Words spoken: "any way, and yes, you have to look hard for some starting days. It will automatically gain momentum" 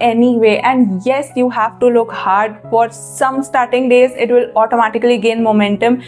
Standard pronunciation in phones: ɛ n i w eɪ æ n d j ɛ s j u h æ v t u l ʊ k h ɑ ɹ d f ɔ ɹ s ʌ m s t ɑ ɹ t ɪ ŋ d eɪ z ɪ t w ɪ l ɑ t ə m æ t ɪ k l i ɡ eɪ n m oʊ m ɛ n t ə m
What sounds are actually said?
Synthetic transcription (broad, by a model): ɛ n i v eɪ æ n d j ɛ s j u h æ v t u l ʊ k h ɑ ɹ d f ɔ ɹ s ʌ m s t ɑ ɹ t ɪ ŋ d eɪ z ɪ t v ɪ l ɑ t ə m æ t ɪ k l i ɡ eɪ n m oʊ m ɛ n t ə m